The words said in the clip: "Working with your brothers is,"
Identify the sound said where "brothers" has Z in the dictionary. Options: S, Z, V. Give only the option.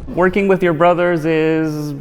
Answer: Z